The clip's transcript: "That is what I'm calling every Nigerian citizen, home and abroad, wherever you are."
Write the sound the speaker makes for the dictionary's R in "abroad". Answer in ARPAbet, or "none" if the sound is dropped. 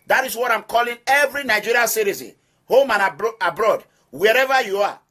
R